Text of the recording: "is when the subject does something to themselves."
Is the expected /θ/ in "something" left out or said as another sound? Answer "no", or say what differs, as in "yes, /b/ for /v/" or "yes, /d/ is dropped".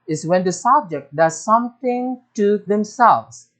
yes, /t/ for /θ/